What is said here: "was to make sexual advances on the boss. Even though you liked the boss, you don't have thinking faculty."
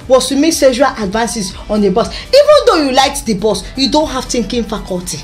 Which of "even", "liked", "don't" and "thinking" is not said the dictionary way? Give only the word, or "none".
thinking